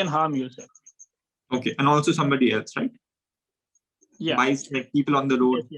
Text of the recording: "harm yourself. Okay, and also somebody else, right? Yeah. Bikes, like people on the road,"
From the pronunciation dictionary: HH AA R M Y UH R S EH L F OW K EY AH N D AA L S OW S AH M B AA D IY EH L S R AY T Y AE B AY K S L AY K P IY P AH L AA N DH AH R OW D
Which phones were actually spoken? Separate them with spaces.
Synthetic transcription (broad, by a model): HH AA R M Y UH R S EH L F OW K EY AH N AA L S OW S AH M B AA D IY EH L S R AY T Y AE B AY S L AY K P IY P AH L AA N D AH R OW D